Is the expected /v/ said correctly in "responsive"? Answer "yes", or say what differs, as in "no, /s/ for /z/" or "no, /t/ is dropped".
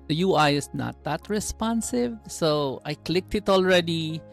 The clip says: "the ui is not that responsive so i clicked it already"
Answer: yes